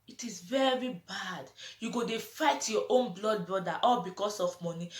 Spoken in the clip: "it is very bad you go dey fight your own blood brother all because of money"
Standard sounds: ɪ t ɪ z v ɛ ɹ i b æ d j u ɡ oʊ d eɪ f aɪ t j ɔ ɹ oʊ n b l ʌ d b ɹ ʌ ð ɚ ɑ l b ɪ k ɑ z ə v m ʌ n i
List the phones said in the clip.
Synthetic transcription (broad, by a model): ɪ t ɪ z v ɛ ɹ i b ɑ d j u ɡ oʊ d eɪ f aɪ t j ɔ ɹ oʊ n b l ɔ d b ɹ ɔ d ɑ ɑ l b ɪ k ɑ s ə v m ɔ n i